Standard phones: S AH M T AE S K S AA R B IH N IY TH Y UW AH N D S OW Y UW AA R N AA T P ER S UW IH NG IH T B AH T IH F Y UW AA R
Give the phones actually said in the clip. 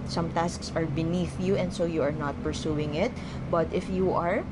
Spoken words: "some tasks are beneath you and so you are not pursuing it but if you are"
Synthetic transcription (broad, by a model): S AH M T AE S K S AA R B IH N IY TH Y UW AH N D S OW Y UW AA R N AA T P ER S UW IH NG IH T B AH T IH F Y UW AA R